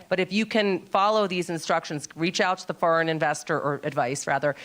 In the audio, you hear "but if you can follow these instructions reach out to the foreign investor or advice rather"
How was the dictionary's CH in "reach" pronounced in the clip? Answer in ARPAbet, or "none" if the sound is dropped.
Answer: CH